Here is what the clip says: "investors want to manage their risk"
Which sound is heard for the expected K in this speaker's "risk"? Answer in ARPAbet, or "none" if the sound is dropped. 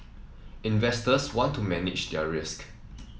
K